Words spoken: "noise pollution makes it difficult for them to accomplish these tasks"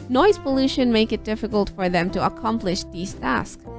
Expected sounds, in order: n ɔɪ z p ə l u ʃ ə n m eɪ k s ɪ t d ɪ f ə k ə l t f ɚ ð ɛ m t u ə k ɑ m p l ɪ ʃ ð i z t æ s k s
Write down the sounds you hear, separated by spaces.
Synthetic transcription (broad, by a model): n ɔɪ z p ə l u ʃ ə n m eɪ k ɪ t d ɪ f ə k ə l t f ɚ ð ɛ m t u ə k ɑ m p l ɪ ʃ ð i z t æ s k